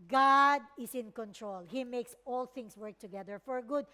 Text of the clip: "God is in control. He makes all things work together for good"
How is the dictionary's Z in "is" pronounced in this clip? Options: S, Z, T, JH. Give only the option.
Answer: S